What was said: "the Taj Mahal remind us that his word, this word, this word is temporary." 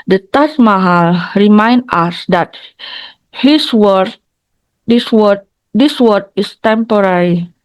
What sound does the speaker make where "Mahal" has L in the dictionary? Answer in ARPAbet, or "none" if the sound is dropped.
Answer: L